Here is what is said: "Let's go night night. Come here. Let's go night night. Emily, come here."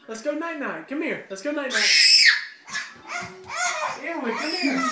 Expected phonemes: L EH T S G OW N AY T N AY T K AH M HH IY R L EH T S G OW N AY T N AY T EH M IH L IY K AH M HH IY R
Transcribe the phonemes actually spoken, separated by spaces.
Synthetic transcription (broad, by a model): L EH T S G OW N AY T N AY T K AH M HH IY R L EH T S G OW N AY T N AY T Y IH W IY K AH M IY